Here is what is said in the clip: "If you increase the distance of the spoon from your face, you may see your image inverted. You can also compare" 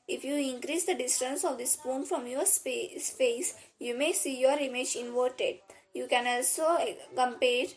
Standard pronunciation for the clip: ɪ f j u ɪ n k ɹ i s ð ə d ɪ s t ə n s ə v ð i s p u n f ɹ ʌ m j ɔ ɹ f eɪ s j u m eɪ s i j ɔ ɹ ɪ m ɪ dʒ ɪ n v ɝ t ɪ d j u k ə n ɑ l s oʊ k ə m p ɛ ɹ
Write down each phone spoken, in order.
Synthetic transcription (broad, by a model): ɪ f j u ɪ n k ɹ i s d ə d ɪ s t ə n s ə v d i s p u n f ɹ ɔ m j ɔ ɹ p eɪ s j u m eɪ s i j ɔ ɹ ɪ m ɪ dʒ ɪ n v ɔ t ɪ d j u k ə n ɑ l s oʊ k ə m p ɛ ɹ